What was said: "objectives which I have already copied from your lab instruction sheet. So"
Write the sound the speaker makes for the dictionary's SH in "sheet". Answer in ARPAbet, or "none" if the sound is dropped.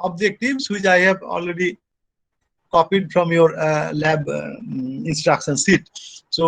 S